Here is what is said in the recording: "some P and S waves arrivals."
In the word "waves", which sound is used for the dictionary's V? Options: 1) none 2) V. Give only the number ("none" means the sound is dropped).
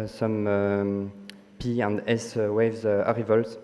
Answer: 2